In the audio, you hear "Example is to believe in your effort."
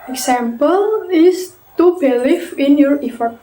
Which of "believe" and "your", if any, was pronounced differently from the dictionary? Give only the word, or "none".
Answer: believe